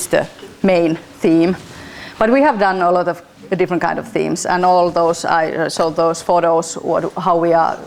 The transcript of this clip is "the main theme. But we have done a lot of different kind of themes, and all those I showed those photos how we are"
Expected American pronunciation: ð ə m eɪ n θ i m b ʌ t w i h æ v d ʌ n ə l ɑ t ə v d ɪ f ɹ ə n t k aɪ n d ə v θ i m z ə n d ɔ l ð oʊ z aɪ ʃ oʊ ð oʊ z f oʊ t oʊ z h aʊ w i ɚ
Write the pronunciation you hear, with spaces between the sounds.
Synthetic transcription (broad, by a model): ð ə m eɪ n θ i m b ʌ t w i h æ v d ʌ n ə l ɑ t ə v d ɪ f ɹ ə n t k aɪ n d ə v θ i m s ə n ɔ l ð oʊ s aɪ s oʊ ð oʊ s f oʊ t oʊ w h aʊ w i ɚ